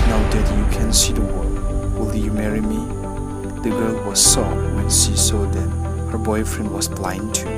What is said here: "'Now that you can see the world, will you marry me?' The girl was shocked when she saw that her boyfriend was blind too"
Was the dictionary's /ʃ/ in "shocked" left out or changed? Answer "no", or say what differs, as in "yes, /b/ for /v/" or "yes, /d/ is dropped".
yes, /s/ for /ʃ/